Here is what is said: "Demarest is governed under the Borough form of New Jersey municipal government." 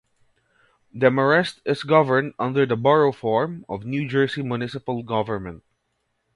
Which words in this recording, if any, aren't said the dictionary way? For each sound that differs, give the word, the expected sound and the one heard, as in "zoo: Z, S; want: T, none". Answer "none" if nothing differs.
is: Z, S; jersey: Z, S